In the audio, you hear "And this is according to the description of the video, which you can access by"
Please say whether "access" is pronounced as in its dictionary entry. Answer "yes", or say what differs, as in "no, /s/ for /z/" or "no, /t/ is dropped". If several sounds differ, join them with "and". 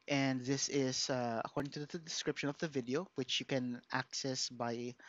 yes